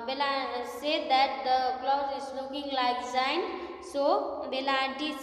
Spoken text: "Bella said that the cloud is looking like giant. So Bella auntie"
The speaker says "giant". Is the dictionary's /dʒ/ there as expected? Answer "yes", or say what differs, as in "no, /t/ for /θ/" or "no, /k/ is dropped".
no, /z/ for /dʒ/